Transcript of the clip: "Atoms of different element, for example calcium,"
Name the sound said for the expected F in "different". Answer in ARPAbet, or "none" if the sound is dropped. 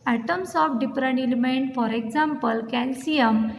P